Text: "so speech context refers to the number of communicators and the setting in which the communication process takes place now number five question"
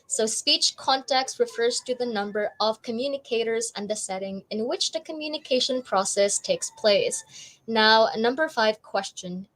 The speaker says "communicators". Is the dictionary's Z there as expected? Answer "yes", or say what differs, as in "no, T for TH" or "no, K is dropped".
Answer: yes